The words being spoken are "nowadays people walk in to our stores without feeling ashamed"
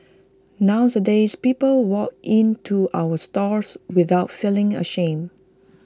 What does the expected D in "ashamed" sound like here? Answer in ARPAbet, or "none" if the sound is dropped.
none